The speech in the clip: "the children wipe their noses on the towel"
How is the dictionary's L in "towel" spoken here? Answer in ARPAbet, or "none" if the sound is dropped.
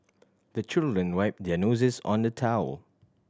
L